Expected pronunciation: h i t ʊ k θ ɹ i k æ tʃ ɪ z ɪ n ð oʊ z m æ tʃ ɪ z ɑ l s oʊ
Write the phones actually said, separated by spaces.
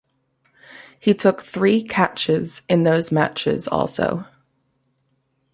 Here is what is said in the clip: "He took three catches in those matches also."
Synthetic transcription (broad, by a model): h i t ʊ k θ ɹ i k æ tʃ ɪ z ɪ n ð oʊ z m æ tʃ ɪ z ɑ l s oʊ